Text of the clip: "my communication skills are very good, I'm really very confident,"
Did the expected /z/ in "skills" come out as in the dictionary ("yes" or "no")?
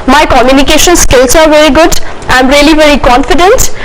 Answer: no